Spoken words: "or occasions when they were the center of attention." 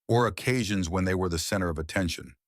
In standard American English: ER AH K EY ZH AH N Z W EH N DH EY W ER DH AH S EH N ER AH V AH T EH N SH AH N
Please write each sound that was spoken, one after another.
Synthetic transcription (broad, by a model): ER AH K EY ZH AH N Z W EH N DH EY W ER DH AH S EH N ER AH V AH T EH N SH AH N